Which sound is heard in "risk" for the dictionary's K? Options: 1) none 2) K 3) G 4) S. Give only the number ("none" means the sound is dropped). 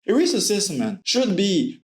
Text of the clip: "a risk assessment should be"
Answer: 1